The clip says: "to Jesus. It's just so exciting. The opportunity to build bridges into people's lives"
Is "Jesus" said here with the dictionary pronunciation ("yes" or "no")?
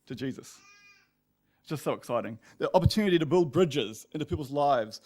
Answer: yes